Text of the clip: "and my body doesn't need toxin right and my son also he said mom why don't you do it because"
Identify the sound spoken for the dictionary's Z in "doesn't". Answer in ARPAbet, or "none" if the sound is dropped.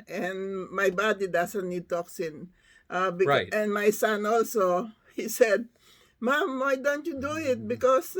S